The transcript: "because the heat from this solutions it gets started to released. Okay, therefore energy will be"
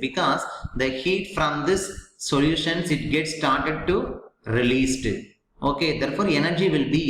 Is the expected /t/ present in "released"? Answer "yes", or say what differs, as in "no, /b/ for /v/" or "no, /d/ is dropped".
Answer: yes